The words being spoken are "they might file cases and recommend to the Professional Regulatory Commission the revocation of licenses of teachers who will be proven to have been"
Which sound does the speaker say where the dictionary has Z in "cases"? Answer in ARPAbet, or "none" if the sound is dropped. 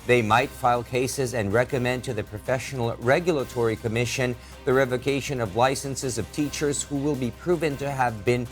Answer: Z